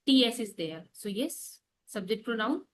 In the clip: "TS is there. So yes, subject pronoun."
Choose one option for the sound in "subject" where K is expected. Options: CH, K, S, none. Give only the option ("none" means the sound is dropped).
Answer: none